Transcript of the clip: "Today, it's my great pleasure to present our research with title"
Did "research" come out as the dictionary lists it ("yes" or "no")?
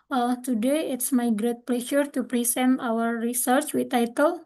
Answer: yes